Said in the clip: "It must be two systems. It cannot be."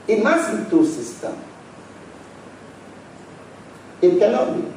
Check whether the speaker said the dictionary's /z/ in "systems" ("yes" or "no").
no